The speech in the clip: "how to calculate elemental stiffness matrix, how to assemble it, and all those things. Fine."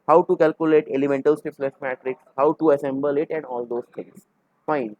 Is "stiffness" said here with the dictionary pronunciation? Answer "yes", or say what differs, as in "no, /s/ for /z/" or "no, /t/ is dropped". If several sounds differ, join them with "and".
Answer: no, /l/ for /n/